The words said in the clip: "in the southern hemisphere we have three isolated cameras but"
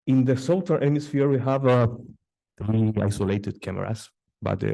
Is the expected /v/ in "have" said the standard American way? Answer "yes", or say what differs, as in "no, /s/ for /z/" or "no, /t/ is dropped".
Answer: yes